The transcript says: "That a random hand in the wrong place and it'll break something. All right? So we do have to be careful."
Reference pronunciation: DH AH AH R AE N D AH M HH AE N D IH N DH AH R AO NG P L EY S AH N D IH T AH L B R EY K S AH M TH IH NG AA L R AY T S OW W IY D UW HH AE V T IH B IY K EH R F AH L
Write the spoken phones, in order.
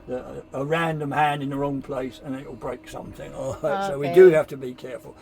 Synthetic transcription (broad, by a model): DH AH AH R AE N D AH M HH AE N D IH N DH AH R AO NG P L EY S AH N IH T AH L B R EY K S AH M TH IH NG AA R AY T S OW W IY D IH HH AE F T IH B IY K EH R F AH L